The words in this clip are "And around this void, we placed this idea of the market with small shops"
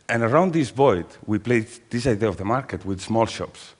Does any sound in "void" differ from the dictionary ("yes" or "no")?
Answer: yes